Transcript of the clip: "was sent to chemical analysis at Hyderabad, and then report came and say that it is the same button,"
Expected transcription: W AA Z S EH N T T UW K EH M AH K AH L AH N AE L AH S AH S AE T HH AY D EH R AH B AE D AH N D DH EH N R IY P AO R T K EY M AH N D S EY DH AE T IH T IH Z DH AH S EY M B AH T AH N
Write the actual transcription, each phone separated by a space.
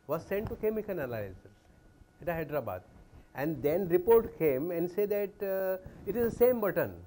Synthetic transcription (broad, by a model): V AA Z S EH N T T UW K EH M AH K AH N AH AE L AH AH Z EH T HH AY D R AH B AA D AH N D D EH N R IY P AO R T K EY M AH N D S EY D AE T IH T IH Z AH S EY M B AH T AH N